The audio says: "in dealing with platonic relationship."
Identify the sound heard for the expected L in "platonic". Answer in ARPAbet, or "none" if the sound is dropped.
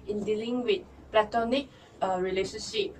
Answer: L